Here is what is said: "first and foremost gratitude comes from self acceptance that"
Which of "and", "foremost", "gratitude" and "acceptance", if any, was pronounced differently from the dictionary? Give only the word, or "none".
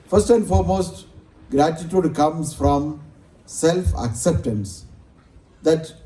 none